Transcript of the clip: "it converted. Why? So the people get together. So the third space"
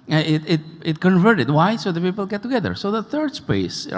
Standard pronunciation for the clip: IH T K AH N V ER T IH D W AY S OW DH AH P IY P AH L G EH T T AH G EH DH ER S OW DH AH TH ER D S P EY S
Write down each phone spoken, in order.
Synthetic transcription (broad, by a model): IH T K AH N V ER T IH D W AY S OW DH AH P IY P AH L G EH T T AH G EH DH ER S OW DH AH TH ER D S P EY S